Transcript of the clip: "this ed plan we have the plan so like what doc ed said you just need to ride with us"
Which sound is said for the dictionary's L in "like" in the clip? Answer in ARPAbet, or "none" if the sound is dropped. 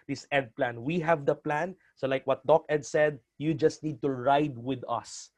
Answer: L